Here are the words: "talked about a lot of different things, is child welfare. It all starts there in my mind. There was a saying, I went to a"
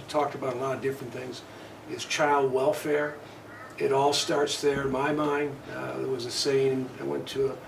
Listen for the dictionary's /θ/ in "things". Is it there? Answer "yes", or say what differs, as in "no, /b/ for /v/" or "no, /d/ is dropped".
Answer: yes